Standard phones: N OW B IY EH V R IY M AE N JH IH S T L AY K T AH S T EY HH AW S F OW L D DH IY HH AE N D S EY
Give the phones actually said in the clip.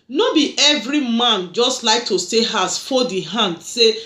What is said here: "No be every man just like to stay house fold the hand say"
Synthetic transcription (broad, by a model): N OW B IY EH V R IY M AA N JH IH S T L AY K T AH S T EY HH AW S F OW D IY HH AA N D S EY